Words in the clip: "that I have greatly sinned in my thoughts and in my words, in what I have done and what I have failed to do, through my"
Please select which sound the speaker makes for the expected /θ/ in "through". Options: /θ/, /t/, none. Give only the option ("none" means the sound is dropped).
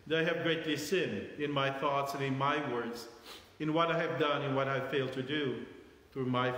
/θ/